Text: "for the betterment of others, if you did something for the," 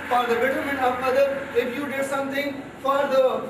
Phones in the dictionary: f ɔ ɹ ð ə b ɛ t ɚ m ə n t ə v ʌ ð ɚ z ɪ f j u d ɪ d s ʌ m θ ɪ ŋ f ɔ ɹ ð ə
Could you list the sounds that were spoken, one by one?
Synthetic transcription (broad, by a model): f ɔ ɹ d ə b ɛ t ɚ m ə n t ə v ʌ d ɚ ɪ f j u d ɪ d s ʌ m t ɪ ŋ f ɔ ɹ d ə